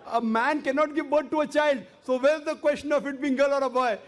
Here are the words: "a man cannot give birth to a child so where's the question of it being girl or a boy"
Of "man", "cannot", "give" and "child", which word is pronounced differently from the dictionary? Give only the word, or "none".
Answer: none